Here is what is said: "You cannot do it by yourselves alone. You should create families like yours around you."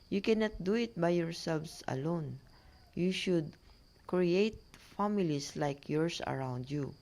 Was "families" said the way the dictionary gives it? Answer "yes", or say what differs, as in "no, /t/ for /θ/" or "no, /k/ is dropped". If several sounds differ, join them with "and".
no, /s/ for /z/